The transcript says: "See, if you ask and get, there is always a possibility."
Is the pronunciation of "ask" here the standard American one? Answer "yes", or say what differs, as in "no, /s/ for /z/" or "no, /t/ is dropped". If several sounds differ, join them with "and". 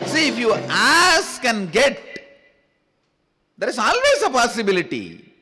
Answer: yes